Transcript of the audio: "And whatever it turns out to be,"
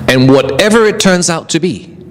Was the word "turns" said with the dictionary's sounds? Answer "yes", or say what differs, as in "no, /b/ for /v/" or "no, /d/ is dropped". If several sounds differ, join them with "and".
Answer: yes